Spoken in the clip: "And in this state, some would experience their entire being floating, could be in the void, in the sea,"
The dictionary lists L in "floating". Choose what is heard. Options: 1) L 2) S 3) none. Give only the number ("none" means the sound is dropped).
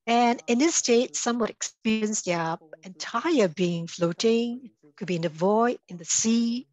1